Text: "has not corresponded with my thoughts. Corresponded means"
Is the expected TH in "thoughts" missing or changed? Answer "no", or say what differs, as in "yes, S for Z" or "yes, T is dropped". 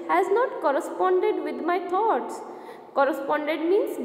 yes, T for TH